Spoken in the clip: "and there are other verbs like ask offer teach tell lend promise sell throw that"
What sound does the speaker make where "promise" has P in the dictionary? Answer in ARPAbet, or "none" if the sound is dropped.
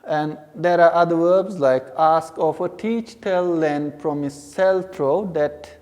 F